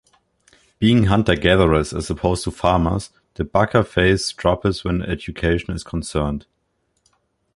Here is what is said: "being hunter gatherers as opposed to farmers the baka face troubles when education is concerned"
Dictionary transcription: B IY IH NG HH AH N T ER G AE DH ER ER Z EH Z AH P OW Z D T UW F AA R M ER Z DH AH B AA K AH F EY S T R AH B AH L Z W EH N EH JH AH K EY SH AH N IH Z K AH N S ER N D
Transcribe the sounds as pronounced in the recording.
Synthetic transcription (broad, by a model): B IY IH NG HH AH N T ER G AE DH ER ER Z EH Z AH P OW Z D T UW F AA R M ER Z DH AH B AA K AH F EY S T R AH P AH Z W EH N EH JH AH K EY SH AH N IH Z K AH N S ER N D